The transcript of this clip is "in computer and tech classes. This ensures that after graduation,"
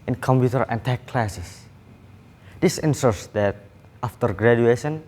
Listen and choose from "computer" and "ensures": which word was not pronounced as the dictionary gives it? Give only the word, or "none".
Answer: ensures